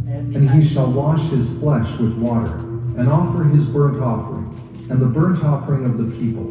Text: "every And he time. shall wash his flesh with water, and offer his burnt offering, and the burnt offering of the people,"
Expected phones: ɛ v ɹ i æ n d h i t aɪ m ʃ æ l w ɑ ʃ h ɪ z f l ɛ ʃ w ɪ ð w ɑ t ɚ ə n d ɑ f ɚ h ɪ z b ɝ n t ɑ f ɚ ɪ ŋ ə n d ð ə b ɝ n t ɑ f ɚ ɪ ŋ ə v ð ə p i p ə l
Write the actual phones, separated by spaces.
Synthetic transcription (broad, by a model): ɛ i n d i ʃ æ l w ɑ ʃ h ɪ z f l ɛ ʃ w ɪ ð w ɑ t ɚ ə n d ɑ f ɚ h ɪ z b ɝ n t ɑ f ɚ ɪ ŋ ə n ð ə b ɝ n t ɑ f ɚ ɪ ŋ ə v ð ə p i p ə l